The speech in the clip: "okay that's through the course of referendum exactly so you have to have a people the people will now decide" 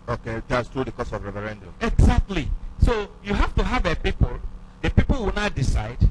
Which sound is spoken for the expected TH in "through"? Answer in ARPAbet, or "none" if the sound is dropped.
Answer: T